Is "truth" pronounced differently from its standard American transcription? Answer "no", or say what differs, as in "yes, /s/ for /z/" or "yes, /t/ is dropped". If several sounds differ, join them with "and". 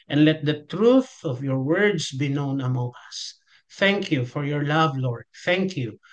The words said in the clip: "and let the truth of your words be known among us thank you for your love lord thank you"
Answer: no